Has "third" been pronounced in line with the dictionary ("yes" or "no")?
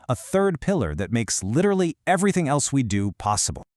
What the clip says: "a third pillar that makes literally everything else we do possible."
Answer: yes